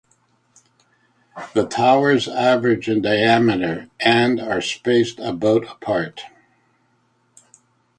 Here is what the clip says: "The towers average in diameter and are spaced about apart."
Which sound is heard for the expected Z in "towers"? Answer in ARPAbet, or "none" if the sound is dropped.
Z